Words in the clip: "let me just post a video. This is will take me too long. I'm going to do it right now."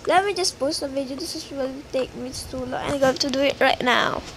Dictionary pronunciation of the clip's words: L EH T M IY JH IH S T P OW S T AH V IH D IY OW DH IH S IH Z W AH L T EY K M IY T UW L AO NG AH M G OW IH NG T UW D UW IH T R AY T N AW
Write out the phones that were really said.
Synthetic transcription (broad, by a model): L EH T M IY JH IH S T P OW S T AH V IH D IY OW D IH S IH S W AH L T EY K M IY T UW L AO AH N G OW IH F T UW D UW IH T R AY T N AW